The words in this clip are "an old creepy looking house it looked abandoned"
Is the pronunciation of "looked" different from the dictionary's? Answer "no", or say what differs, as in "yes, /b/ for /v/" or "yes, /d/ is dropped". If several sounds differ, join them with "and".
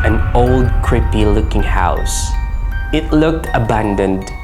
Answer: no